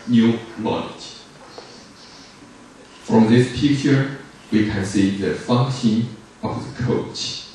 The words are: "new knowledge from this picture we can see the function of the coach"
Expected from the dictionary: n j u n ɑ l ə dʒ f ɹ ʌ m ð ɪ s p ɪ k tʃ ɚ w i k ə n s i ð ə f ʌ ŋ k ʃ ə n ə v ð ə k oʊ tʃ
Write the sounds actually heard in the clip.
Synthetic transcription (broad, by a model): n j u l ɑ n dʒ f ɹ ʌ m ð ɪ s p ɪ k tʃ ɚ w i k ə n s i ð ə f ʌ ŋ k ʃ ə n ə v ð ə k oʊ tʃ